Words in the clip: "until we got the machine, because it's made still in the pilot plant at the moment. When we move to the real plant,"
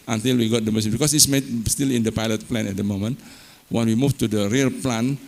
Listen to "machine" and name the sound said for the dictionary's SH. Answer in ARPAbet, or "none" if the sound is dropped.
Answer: S